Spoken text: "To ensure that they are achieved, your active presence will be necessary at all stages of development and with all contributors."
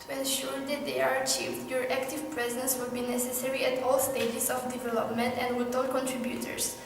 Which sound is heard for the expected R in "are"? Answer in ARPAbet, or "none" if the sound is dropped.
R